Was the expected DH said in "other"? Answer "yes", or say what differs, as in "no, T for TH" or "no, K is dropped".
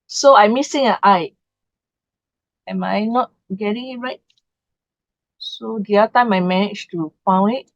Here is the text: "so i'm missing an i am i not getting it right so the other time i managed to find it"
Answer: no, DH is dropped